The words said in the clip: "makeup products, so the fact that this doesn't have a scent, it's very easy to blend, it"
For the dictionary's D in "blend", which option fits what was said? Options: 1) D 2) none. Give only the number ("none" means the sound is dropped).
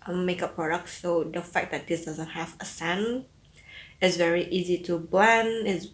2